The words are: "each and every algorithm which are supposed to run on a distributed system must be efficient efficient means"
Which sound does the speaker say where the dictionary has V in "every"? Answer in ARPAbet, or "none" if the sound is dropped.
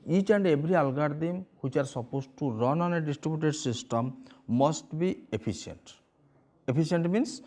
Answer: B